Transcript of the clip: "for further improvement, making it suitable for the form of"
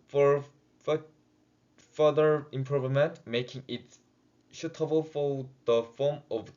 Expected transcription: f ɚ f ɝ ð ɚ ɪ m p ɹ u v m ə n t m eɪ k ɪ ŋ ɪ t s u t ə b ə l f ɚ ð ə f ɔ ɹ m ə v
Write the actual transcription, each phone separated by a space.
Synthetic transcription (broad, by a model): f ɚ f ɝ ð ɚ ɪ m p ɹ u v m ə n t m eɪ k ɪ ŋ ɪ t ʃ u t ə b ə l f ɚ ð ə f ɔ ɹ m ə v